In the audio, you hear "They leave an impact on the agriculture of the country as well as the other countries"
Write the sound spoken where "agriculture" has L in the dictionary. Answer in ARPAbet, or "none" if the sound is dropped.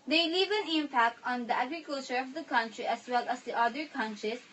L